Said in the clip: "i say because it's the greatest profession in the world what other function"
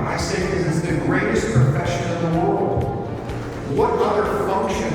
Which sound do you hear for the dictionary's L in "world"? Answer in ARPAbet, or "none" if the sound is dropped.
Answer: L